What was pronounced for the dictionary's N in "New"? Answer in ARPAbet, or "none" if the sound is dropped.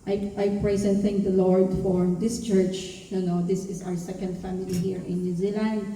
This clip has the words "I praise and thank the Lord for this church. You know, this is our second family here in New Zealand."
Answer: N